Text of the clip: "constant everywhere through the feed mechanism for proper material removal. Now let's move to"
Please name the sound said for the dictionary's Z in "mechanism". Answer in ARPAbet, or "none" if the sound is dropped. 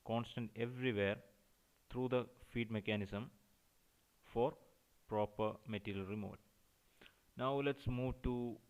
S